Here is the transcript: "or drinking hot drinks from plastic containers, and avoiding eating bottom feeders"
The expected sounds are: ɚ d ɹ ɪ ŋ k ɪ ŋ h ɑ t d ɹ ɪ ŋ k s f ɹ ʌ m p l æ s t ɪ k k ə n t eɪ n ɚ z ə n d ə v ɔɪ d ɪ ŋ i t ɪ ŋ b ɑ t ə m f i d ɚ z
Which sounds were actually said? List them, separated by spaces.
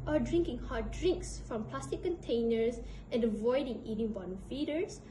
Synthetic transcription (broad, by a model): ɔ d ɹ ɪ ŋ k ɪ ŋ h ɑ t d ɹ ɪ ŋ k s f ɹ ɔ m p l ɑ s t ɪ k k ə n t eɪ n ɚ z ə n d ə v ɔɪ d ɪ ŋ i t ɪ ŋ b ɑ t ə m f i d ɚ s